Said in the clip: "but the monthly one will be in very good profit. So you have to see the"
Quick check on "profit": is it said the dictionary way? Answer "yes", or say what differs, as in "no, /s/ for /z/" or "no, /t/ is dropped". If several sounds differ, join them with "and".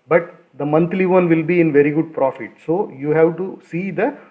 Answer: yes